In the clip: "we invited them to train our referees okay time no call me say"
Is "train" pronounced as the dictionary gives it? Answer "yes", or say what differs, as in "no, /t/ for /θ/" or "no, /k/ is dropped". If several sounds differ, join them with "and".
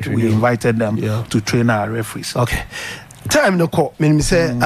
yes